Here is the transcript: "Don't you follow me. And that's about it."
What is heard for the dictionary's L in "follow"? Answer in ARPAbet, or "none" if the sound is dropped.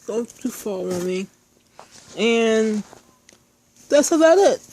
W